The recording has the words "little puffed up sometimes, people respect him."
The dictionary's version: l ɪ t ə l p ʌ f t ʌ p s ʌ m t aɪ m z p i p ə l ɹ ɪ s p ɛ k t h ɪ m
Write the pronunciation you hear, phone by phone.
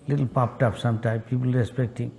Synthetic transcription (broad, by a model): l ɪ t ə l p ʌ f t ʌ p s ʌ m t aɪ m p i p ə l ɹ ɪ s p ɛ k t h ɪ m